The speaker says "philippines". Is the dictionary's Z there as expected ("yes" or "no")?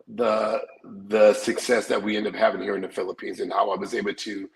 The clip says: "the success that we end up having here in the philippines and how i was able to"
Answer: yes